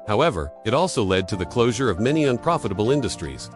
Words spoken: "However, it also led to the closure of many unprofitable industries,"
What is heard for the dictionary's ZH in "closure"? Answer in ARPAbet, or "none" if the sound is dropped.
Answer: ZH